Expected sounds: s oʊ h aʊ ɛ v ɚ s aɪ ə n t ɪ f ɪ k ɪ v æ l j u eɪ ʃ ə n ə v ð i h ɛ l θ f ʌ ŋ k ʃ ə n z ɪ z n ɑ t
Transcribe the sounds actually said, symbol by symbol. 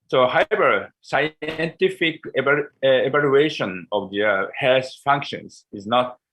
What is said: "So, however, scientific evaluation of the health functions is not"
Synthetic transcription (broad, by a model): s oʊ h aʊ ɛ v ɚ s aɪ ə n t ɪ f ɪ k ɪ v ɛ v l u eɪ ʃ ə n ə v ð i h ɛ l s f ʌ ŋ k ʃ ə n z ɪ z n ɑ t